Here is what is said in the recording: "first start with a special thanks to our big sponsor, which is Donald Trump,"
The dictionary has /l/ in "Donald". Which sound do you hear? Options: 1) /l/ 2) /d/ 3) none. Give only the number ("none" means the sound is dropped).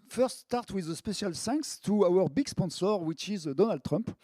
1